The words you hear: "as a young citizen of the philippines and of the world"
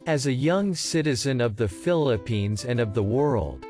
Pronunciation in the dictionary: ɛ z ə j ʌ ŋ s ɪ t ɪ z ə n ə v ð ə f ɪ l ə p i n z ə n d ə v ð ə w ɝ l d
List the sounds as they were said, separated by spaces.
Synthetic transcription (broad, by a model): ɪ z ə j ʌ ŋ s ɪ t ɪ z ə n ə v ð ə f ɪ l ə p i n z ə n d ə v ð ə w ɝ l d